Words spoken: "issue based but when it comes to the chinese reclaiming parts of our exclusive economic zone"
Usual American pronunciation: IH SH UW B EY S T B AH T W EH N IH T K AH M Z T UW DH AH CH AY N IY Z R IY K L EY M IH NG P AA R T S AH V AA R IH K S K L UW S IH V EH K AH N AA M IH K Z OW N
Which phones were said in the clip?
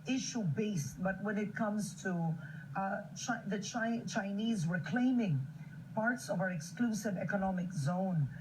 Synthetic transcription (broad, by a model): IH SH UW B EY S T B AH T W EH N IH T K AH M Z T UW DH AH CH AY N IY Z W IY K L EY M IH NG P AA R T S AH V AA R IH K S K L UW S IH V EH K AH N AA M IH K Z OW N